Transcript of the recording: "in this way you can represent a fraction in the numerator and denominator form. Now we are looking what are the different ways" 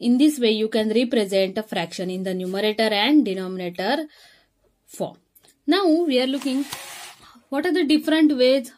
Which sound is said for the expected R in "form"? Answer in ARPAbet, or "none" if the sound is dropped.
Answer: R